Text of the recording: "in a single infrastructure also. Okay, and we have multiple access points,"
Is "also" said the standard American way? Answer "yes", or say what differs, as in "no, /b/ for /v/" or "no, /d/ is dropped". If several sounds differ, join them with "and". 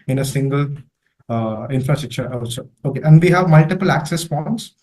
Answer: no, /l/ is dropped